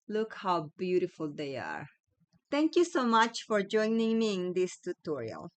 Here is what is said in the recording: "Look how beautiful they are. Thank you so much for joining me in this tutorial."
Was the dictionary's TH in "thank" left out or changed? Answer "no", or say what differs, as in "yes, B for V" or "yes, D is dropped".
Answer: yes, T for TH